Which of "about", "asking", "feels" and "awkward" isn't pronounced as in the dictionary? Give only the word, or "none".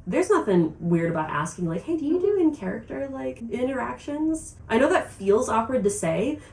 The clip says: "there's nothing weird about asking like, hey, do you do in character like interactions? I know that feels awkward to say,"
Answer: none